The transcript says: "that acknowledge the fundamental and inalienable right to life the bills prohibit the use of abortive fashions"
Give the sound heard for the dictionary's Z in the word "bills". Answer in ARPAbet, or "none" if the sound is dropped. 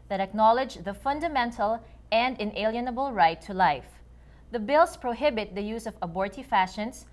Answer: S